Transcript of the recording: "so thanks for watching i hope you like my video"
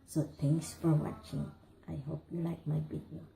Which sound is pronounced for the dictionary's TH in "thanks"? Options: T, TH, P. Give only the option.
T